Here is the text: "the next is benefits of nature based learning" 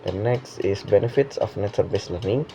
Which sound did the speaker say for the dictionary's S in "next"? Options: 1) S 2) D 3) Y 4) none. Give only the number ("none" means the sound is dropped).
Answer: 1